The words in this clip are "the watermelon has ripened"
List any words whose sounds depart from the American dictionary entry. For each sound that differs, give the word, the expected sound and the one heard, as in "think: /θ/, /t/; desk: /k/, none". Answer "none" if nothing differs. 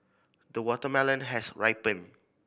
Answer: has: /z/, /s/; ripened: /d/, none